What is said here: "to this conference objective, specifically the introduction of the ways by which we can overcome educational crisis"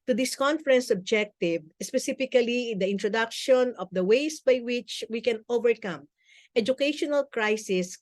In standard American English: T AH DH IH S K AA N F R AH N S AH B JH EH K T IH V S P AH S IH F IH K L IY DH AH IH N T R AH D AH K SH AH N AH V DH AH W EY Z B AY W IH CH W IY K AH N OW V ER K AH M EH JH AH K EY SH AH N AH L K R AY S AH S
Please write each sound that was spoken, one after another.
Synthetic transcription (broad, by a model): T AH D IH S K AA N F R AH N S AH B JH EH K T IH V S P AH S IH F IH K L IY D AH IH N T R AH D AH K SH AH N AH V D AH W EY S B AY W IH CH W IY K AH N OW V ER K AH M EH JH AH K EY SH AH N AH L K R AY S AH S